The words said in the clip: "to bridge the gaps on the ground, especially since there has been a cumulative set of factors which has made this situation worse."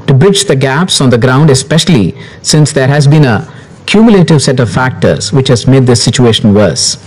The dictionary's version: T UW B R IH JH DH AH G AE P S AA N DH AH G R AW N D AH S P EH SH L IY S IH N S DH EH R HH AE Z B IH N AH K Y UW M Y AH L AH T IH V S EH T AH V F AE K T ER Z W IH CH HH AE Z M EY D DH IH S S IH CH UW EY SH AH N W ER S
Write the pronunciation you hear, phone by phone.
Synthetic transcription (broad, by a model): T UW B R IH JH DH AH G AE P S AA N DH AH G R AW N D AH S P EH SH L IY S IH N S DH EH R HH AE Z B IH N AH K Y UW M Y AH L AH T IH V S EH T AH V F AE K T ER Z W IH CH HH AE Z M EY D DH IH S S IH CH UW EY SH AH N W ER S